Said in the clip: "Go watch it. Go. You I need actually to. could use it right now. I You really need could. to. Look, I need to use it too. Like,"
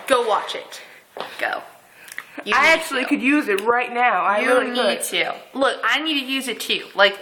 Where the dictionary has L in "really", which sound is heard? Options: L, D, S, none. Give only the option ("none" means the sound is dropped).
none